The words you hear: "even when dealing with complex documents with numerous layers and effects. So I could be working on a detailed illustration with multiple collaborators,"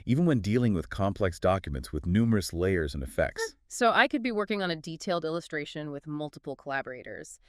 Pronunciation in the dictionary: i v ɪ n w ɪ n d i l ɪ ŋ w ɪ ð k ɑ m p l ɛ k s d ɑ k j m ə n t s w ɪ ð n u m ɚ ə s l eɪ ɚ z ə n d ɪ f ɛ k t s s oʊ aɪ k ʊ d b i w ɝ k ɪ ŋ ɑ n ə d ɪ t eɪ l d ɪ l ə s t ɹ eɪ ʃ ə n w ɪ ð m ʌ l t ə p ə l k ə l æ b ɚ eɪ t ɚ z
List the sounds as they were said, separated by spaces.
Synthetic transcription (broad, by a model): i v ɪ n w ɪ n d i l ɪ ŋ w ɪ ð k ɑ m p l ɛ k s d ɑ k j m ə n t s w ɪ ð n u m ɚ ə s l eɪ ɚ z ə n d ɪ f ɛ k t s s oʊ aɪ k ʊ d b i w ɝ k ɪ ŋ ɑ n ə d ɪ t eɪ l d ɪ l ə s t ɹ eɪ ʃ ə n w ɪ ð m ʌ l t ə p l k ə l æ b ɚ eɪ t ɚ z